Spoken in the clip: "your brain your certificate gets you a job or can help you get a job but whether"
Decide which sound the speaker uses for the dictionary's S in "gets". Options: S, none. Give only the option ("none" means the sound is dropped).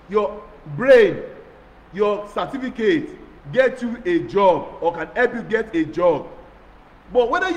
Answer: none